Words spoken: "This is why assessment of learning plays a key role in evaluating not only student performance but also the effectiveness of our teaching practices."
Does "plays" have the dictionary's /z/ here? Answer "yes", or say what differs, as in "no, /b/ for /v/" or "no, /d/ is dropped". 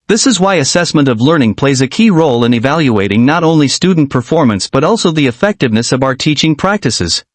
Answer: yes